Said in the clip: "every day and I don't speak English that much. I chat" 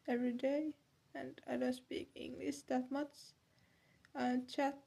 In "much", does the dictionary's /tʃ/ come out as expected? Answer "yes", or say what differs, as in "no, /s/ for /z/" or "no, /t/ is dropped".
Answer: no, /s/ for /tʃ/